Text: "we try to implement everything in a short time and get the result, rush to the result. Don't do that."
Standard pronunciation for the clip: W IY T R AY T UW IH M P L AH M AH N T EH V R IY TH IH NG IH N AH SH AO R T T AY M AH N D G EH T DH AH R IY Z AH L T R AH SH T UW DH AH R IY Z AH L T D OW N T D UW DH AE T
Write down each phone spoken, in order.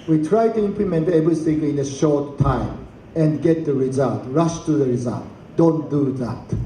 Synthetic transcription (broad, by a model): W IY T R AY T UW IH M P L AH M AH N T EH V R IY S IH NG IH N AH SH AO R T T AY M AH N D G EH T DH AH R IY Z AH L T R AH SH T UW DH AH R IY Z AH L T D OW N T D UW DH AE T